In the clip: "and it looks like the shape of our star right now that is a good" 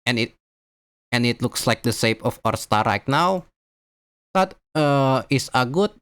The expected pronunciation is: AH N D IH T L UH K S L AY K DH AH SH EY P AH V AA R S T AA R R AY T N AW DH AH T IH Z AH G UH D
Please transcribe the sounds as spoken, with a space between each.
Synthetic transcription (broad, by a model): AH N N IH T L UH K S L AY K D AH S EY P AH F AA R S T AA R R AY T N AW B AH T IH S AH G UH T